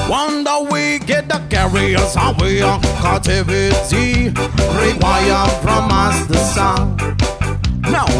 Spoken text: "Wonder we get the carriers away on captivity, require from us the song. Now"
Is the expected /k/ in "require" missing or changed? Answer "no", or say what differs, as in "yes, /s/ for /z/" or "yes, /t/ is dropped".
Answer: yes, /k/ is dropped